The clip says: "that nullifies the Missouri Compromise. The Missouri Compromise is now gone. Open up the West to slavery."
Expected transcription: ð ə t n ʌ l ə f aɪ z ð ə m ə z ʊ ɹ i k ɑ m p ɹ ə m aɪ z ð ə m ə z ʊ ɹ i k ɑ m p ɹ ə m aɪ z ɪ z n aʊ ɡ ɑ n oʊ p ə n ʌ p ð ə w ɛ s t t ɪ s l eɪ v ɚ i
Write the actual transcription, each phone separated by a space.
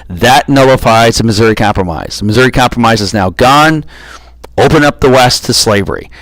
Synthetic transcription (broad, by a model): ð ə t n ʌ l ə f aɪ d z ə m ə z ʊ ɹ i k ɑ m p ɹ ə m aɪ z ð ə m ə z ʊ ɹ i k ɑ m p ɹ ə m aɪ z ɪ z n aʊ ɡ ɑ n oʊ p ə n ʌ p ð ə w ɛ s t t ɪ s l eɪ v ɚ i